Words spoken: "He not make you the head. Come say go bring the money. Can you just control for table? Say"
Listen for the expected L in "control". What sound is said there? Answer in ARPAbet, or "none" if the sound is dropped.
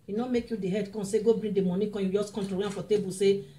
N